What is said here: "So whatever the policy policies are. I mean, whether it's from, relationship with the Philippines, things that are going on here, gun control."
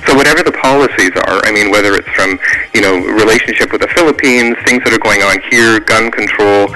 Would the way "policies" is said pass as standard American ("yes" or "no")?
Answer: yes